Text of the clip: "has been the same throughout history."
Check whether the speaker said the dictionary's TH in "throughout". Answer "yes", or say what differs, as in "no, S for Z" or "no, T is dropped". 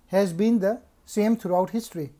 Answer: no, T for TH